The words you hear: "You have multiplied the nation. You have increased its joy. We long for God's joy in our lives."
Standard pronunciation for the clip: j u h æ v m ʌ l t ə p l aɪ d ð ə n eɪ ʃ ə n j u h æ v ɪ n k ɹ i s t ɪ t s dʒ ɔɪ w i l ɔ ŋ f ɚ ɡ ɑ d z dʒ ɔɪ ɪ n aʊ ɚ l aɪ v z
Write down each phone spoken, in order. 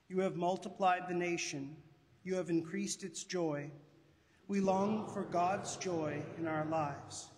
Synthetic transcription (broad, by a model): j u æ v m ʌ l t ə p l aɪ d ð ə n eɪ ʃ ə n j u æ v ɪ n k ɹ i s t ɪ t s dʒ ɔɪ w i l ɔ ŋ f ɚ ɡ ɑ d z dʒ ɔɪ ɪ n aʊ ɚ l aɪ v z